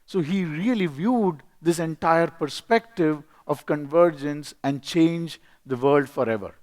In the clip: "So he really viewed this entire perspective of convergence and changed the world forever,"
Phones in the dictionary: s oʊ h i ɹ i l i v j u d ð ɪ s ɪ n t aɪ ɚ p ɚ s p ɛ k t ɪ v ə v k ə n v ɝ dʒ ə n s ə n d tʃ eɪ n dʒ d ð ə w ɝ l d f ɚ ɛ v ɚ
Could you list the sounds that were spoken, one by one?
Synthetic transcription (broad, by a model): s oʊ h i ɹ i l i v j u d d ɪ s ɪ n t aɪ ɚ p ɚ s p ɛ k t ɪ v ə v k ə n v ɝ dʒ ə n s ə n d tʃ eɪ n dʒ d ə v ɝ l d f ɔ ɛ v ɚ